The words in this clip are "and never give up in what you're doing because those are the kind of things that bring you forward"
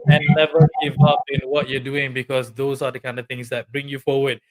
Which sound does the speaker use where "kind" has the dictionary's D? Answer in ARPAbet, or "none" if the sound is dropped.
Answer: D